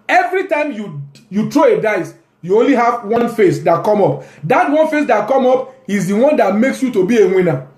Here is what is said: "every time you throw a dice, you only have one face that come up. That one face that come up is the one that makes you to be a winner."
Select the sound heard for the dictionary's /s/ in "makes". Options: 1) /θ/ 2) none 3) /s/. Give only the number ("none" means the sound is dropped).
3